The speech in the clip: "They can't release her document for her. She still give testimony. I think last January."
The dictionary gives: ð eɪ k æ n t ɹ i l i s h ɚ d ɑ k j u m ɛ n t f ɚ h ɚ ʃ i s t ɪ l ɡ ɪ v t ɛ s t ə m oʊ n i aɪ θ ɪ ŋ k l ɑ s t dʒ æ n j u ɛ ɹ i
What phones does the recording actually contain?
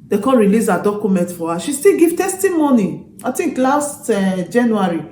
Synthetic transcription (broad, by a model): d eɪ k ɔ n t ɹ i l i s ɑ d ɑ k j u m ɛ n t f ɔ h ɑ ʃ i s t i l ɡ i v t ɛ s t ə m oʊ n i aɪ t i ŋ k l ɑ s t dʒ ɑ n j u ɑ ɹ i